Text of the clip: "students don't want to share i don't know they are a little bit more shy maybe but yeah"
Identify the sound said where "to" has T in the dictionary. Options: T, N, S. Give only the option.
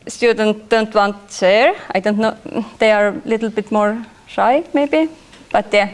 S